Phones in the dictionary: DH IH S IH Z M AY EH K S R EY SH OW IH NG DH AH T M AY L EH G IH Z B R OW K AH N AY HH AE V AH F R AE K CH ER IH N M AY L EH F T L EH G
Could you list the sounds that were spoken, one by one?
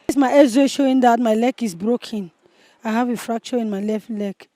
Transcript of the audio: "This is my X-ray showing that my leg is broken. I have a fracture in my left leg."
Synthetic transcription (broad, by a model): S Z M AY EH S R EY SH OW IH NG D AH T M AY L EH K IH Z B R OW K AH N AY HH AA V AH F R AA K CH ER IH N M AY L EH F T L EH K